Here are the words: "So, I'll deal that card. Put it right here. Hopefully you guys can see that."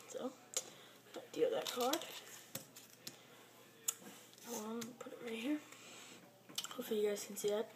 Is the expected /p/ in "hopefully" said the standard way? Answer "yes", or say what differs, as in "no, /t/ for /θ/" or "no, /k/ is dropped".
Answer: no, /p/ is dropped